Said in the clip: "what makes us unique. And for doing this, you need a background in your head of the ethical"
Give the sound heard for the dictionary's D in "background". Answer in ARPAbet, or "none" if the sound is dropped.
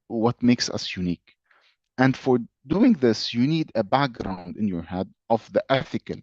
D